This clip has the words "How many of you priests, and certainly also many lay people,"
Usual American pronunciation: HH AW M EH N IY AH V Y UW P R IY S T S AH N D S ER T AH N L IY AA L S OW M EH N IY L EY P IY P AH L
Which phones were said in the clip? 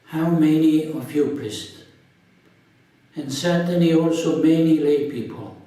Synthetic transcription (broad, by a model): HH AW M EH N IY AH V Y UW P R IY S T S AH N S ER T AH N IY AA L S OW M EH N IY L EY P IY P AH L